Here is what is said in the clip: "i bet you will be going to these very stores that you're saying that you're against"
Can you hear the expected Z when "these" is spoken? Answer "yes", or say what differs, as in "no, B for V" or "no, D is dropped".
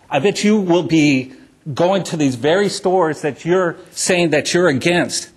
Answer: yes